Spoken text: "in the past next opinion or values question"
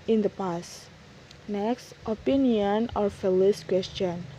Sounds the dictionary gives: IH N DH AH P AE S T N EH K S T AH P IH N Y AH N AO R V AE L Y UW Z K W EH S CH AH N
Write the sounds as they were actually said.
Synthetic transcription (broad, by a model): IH N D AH P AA S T N EH K S T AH P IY N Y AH N AO R F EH L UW S K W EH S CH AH N